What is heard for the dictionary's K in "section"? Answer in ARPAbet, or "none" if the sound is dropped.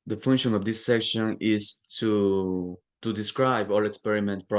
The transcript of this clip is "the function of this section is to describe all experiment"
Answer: K